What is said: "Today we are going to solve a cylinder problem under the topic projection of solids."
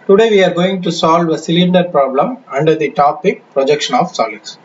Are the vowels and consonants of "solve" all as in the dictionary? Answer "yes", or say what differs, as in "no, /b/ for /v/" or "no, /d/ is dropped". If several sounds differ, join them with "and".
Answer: yes